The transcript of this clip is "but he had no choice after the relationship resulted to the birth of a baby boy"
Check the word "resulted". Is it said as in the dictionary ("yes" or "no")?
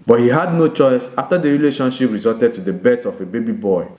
no